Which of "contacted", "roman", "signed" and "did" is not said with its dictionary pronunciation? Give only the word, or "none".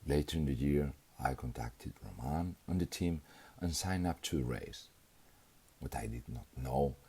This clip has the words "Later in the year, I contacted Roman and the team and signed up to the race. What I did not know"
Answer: signed